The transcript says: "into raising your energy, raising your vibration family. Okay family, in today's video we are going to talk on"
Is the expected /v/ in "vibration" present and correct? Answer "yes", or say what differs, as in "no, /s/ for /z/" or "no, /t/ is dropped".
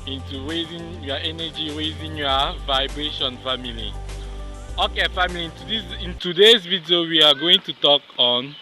yes